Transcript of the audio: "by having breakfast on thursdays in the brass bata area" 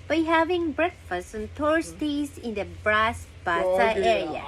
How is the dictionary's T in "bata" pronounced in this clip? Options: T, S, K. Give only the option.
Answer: S